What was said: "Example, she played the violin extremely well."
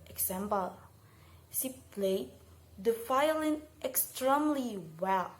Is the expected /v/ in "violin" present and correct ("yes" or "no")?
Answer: no